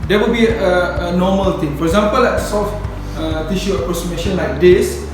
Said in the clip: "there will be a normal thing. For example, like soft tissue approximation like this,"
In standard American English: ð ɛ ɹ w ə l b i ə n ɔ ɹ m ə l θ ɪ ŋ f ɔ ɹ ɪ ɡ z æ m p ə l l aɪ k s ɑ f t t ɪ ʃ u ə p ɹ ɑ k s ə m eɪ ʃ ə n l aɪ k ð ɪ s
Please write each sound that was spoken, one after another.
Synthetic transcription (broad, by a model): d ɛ w ə l b i ə n ɔ m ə l t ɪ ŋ f ɔ ɹ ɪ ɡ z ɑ m p ə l l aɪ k s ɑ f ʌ t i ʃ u ə p ɹ ɑ k s ə m eɪ ʃ ə n l aɪ k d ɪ s